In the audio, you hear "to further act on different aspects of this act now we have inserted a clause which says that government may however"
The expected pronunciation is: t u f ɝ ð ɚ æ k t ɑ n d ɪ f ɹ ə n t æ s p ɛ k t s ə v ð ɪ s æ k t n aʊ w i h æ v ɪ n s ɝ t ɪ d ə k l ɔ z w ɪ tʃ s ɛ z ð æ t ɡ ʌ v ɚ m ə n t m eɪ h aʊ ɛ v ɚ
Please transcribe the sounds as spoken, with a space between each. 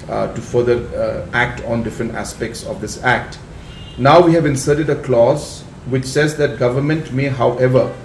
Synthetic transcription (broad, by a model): t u f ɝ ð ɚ æ k t ɑ n d ɪ f ɹ ə n t æ s p ɛ k t s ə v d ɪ s æ k t n aʊ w i h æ v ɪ n s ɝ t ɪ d ə k l ɔ z w ɪ tʃ s ɛ z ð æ t ɡ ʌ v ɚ m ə n t m eɪ h aʊ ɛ v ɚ